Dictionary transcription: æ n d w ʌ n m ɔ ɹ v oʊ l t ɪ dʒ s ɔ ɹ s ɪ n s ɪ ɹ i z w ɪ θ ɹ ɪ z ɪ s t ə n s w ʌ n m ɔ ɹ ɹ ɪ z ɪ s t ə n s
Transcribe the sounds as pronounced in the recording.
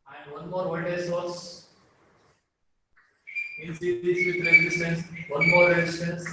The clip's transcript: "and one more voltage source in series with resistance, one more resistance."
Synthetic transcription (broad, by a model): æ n d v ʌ n m ɔ ɹ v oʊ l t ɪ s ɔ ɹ s ɪ n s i i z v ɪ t ɹ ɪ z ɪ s t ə n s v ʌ n m ɔ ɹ ɹ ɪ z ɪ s t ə n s